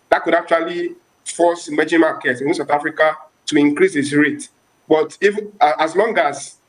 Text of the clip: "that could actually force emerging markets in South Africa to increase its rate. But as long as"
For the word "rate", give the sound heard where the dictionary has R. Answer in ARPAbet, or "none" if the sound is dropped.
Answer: R